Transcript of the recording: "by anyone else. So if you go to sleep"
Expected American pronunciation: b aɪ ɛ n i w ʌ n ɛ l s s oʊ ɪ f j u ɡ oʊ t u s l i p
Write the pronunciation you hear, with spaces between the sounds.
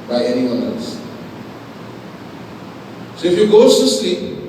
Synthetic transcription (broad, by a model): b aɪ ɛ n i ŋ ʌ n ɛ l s s oʊ ɪ f j u ɡ oʊ s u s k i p